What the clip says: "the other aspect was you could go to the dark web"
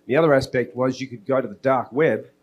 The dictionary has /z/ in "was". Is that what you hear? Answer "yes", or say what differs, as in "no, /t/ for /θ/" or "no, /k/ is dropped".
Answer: yes